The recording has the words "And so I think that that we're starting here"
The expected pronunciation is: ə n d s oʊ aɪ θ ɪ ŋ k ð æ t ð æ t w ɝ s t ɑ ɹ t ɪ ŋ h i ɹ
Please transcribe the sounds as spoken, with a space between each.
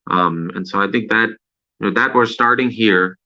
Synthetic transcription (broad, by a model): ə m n s oʊ aɪ θ ɪ ŋ k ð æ t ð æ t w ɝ s t ɑ ɹ t ɪ ŋ h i ɹ